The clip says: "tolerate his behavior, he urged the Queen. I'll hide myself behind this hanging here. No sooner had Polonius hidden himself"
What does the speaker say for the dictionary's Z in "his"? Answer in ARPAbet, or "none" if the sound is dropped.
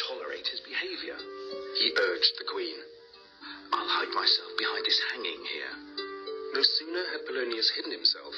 Z